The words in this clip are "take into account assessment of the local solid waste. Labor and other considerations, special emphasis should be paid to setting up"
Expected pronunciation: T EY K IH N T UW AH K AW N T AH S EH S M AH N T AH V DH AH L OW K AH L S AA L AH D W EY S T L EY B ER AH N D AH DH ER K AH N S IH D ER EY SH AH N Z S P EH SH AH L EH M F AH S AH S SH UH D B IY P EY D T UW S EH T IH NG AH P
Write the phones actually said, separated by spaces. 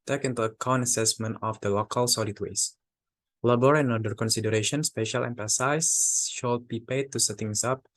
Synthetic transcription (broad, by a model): T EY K IH N T UW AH K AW N AH S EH S M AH N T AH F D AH L OW K AH L S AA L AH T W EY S L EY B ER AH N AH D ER K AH N S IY D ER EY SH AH N S P EH SH AH L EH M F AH S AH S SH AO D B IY P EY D T UW S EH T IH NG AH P